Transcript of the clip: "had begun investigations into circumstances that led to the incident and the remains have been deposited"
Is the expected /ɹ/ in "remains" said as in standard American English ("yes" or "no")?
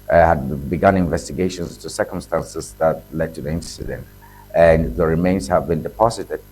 yes